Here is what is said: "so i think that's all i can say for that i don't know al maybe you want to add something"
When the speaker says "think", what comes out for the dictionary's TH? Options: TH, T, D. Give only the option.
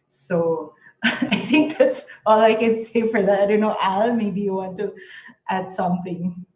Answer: T